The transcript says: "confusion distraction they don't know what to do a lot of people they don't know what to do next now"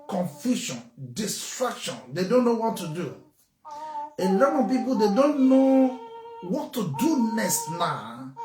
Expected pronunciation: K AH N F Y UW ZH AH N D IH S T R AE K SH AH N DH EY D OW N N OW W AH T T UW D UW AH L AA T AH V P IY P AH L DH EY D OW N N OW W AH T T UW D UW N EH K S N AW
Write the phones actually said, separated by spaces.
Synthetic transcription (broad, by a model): K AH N F Y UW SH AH N D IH S T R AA K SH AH N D EY D OW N N OW W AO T T UW D UW AH L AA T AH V P IY P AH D EY D OW N N OW W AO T T UW D UW N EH S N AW